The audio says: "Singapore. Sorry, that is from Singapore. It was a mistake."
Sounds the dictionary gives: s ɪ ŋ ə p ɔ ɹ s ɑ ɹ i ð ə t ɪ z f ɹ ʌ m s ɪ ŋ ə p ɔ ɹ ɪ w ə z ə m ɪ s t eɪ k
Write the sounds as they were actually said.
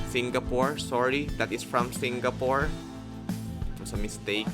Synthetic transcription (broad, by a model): s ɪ ŋ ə p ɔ ɹ s ɑ ɹ i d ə t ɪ s f ɹ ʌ m s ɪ ŋ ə p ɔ ɹ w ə s ə m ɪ s t eɪ k